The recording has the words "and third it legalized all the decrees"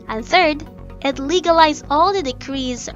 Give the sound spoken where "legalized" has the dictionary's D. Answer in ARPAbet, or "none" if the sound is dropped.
none